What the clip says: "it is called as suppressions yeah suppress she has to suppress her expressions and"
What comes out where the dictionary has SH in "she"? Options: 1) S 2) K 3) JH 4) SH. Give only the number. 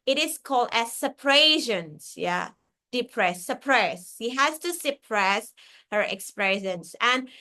1